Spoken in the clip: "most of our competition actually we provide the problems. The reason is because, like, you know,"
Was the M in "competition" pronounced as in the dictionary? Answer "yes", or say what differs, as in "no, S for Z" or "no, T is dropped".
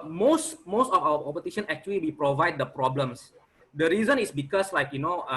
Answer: no, M is dropped